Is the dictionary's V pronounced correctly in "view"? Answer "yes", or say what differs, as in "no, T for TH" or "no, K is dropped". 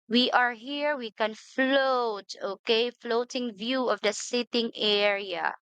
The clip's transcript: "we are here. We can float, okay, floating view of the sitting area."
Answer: yes